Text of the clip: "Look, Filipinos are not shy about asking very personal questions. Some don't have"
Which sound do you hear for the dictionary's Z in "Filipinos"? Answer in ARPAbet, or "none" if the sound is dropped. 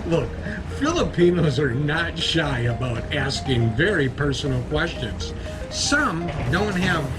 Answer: Z